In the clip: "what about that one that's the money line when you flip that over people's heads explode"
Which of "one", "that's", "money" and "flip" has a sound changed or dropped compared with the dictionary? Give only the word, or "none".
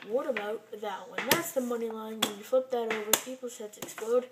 flip